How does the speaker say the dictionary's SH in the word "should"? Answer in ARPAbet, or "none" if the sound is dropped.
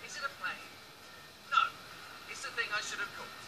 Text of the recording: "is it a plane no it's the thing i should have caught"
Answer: SH